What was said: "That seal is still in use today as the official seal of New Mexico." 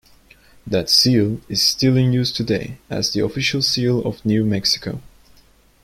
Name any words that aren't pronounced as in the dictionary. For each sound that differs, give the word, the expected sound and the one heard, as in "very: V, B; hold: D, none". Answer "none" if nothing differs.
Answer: none